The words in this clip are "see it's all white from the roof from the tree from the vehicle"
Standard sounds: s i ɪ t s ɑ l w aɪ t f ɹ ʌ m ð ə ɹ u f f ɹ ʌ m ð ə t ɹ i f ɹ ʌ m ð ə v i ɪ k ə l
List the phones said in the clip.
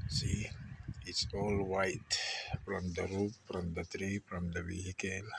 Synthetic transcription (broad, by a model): s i ɪ t s ɑ l w aɪ t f ɹ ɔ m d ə ɹ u p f ɹ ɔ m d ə t ɹ i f ɹ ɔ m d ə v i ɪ k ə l